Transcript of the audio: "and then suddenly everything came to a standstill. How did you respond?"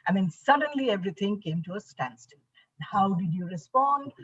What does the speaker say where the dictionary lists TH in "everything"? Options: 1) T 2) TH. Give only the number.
1